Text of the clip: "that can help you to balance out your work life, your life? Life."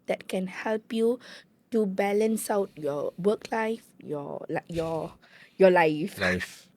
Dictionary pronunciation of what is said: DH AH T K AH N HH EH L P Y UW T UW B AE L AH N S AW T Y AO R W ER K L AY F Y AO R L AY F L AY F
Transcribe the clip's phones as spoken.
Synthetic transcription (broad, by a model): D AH T K AH N HH EH L P Y UW T UW B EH L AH N S AW T Y AO W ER K L AY F Y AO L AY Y L AY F